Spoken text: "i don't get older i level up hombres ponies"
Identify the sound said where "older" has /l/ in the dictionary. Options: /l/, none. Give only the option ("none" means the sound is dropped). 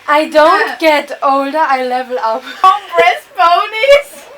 /l/